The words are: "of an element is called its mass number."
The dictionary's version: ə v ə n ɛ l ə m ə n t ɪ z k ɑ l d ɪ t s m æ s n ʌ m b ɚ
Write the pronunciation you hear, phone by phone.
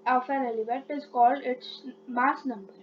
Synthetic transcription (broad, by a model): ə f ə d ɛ l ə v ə t ɪ z k ɑ l d ɪ t s m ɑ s n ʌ m b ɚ